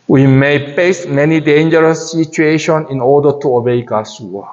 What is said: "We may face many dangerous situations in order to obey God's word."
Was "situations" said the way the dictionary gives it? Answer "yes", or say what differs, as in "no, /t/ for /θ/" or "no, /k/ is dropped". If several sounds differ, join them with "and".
no, /z/ is dropped